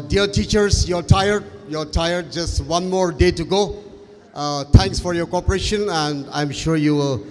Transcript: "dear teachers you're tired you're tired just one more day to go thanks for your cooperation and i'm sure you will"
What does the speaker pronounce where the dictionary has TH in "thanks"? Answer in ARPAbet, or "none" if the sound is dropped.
T